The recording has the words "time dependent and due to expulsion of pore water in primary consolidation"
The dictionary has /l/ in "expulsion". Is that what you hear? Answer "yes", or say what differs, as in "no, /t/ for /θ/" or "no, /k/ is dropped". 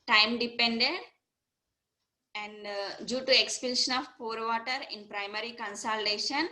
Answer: no, /n/ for /l/